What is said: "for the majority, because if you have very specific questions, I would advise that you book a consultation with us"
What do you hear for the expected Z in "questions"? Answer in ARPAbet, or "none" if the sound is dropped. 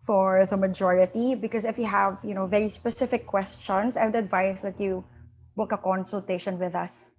S